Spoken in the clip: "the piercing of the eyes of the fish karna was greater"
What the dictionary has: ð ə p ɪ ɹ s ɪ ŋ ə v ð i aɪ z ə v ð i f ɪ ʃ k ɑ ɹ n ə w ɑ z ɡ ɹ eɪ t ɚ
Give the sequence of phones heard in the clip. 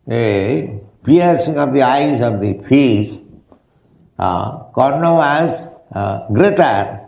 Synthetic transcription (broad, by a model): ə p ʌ ɹ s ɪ ŋ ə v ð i aɪ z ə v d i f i s k ɑ ɹ n ə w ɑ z ɡ ɹ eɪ t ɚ